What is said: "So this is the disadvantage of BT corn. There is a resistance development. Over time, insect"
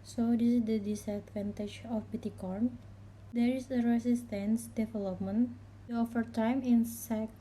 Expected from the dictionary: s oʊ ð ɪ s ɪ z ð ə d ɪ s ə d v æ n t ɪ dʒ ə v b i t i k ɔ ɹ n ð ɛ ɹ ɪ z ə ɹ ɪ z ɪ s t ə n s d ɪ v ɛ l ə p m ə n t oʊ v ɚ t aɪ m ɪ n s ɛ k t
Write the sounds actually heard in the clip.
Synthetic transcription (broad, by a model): s oʊ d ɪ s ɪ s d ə d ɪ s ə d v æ n t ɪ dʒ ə f b i t i k ɔ ɹ n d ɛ ɹ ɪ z ə ɹ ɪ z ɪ s t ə n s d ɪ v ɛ l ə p m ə n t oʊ f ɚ t aɪ m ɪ n s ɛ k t